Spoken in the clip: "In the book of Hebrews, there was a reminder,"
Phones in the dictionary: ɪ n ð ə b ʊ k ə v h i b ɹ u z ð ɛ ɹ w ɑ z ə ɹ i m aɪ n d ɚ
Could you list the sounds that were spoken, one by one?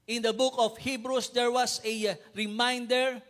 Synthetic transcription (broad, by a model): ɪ n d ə b ʊ k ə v h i b ɹ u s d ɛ ɹ w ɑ s ə ɹ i m aɪ n d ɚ